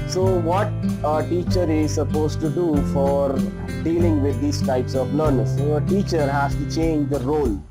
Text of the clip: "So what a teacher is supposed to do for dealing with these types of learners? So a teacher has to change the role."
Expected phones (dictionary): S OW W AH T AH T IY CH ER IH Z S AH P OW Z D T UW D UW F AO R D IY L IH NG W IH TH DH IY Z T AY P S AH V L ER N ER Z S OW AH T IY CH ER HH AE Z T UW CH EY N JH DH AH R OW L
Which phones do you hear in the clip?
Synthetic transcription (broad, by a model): S OW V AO T AH T IY CH ER IH Z S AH P OW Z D T UW D UW F AO R D IY L IH NG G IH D IY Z T AY P S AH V N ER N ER S OW AH T IY CH ER HH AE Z T UW CH EY N JH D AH R OW L